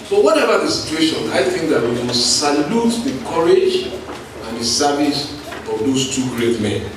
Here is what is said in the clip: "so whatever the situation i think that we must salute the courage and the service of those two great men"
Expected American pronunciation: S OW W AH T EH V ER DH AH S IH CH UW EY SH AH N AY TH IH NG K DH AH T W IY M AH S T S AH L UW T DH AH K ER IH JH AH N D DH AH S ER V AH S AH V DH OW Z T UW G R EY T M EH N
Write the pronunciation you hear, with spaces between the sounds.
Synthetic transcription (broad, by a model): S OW W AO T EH V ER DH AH S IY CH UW EY SH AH N AY TH IH NG K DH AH T W IY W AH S S AH L UW T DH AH K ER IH JH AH N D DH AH S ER V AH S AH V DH OW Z T UW G R EY T M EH N